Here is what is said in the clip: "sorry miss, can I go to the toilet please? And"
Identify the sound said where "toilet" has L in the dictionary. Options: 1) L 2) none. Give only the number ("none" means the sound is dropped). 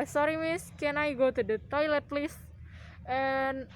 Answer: 1